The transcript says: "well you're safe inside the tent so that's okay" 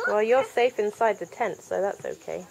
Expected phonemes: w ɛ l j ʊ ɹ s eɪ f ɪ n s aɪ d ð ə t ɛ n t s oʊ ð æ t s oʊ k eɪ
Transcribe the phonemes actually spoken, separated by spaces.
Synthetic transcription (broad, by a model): w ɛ l j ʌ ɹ s eɪ f ɪ n s aɪ d ð ə t ɛ n t s oʊ ð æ t s oʊ k eɪ